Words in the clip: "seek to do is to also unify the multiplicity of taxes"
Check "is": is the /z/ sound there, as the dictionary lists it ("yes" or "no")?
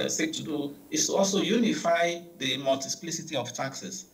no